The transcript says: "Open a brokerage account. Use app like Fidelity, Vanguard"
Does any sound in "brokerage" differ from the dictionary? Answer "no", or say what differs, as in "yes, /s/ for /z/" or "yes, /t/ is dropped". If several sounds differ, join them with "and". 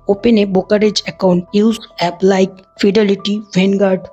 yes, /ɹ/ is dropped